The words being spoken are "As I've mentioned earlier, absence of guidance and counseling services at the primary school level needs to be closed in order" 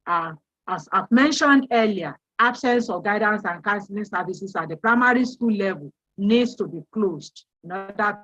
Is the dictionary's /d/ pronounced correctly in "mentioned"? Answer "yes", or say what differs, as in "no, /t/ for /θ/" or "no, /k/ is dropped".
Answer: yes